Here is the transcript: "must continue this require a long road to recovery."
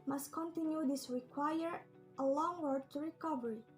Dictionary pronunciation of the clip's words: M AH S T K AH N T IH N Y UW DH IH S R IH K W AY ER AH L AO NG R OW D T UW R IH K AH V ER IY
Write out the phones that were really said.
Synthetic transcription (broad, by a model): M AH S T K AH N T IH N Y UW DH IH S R IH K W AY ER AH L AO NG W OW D T UW R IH K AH V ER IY